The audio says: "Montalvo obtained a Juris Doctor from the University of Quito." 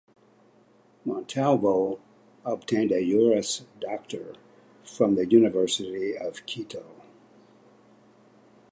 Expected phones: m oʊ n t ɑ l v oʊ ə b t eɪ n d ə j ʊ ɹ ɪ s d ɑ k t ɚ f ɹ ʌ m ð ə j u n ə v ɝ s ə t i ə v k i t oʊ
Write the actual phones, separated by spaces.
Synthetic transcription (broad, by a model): m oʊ n t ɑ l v oʊ ə b t eɪ n d ə j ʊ ɹ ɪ s d ɑ k t ɚ f ɹ ʌ m ð ə j u n ə v ɝ s ə t i ə v k i t oʊ